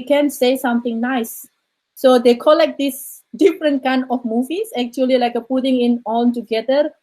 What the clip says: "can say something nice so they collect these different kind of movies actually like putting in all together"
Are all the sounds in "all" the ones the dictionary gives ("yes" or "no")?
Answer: no